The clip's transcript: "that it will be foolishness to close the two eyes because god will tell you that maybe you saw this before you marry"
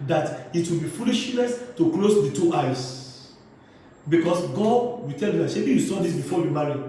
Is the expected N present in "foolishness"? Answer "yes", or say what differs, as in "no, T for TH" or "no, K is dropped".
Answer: no, L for N